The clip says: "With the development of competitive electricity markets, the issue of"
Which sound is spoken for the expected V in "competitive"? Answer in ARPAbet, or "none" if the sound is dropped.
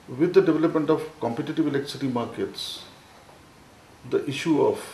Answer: V